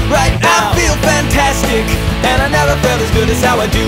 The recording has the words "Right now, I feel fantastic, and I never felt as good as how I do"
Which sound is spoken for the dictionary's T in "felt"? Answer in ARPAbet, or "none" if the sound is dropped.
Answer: none